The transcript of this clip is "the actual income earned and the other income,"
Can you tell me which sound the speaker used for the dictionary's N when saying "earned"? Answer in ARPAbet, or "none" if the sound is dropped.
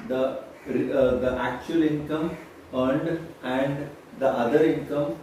N